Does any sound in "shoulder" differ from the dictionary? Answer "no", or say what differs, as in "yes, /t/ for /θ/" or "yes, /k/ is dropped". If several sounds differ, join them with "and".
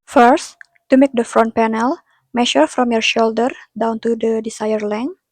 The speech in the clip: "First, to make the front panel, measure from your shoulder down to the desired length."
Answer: no